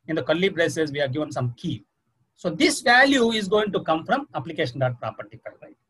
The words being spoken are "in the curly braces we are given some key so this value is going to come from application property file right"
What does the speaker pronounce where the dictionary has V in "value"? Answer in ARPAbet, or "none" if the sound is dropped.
V